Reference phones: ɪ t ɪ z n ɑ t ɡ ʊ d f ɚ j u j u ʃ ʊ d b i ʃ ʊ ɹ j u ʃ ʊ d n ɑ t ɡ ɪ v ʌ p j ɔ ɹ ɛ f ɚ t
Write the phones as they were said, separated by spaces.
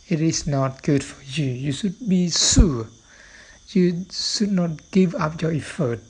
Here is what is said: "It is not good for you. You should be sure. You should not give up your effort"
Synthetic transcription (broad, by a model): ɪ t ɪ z n ɑ t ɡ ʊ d f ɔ j u j u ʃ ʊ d b i s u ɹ j u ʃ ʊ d n ɑ t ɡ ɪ v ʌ p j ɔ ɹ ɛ f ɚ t